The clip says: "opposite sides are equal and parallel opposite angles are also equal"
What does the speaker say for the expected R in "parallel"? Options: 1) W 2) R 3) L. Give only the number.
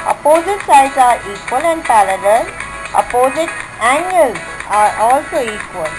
3